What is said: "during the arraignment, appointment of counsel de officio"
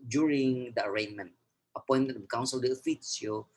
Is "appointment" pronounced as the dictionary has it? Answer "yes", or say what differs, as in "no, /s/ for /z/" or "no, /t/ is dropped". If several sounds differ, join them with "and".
no, /m/ is dropped